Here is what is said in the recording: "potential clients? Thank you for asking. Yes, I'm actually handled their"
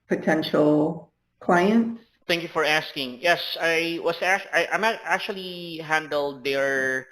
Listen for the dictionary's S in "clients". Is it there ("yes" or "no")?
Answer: no